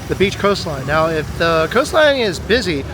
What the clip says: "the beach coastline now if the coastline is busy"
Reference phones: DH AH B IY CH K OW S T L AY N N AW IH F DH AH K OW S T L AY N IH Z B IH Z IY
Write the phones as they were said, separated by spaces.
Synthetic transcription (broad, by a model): DH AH B IY CH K OW S T L AY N N AW IH F DH AH K OW S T L AY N IH Z B IH Z IY